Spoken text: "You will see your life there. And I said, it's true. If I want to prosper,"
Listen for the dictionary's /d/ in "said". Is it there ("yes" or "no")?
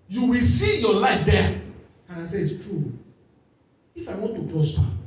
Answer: no